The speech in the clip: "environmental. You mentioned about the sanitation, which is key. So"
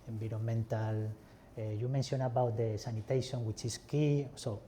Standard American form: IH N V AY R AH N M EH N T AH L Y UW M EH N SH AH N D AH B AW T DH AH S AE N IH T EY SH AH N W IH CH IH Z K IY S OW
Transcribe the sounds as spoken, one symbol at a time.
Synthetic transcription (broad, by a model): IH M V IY R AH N M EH N T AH L Y UW M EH N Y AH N AH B AW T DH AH S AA N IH T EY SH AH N W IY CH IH S K IY S OW